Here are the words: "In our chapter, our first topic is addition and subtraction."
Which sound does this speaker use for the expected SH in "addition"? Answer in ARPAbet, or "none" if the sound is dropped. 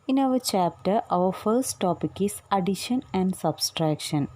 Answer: SH